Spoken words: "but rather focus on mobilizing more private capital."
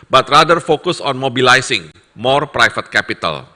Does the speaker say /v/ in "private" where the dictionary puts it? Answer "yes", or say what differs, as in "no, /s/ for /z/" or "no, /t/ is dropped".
no, /f/ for /v/